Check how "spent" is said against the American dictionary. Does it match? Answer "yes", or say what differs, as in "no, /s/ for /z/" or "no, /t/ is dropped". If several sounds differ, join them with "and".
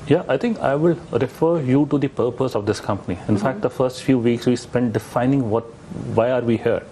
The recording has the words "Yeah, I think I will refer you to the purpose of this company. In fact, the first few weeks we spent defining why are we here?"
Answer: yes